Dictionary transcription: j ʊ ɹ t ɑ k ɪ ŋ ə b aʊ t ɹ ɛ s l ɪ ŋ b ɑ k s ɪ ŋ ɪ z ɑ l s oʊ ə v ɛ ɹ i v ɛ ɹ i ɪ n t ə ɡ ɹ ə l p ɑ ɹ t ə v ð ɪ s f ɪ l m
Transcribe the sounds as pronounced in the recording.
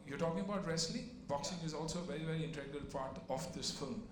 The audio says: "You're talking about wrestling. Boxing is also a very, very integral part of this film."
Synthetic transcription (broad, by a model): j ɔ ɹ t ɑ k ɪ ŋ ə b aʊ t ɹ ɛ s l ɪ b ɑ k s ɪ ŋ ɪ z ɑ l s oʊ ə v ɛ ɹ i v ɛ ɹ i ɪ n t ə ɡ ə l p ɑ ɹ t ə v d ɪ s f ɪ l m